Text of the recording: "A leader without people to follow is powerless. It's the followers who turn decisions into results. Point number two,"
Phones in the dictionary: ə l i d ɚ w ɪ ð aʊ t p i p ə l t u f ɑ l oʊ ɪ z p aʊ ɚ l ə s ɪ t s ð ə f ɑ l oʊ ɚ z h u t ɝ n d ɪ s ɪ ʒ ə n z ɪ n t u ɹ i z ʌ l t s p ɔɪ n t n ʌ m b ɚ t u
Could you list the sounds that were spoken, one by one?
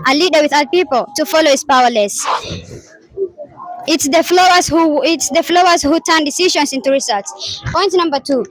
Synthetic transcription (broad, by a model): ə l i d ɚ w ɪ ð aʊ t p i p ə l t u f ɑ l oʊ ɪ s p aʊ ɚ l ə s ɪ t s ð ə f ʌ l oʊ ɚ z h u t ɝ n d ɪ s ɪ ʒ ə n s ɪ n t u ɹ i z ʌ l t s p ɔɪ n t n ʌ m b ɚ t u